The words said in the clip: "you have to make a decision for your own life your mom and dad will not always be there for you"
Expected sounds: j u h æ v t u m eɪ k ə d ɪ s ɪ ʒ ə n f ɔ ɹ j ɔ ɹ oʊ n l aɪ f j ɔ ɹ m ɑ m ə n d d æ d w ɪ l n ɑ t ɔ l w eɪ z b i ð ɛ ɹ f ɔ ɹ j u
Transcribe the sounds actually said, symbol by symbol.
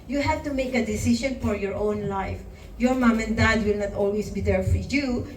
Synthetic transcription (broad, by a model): j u h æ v t u m eɪ k ə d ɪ s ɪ s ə n f ɔ ɹ j ɔ ɹ oʊ n l aɪ f j ɔ ɹ m ɑ m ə n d d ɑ d w ɪ l n ɑ t ɔ l w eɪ s b i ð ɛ ɹ f ɔ ɹ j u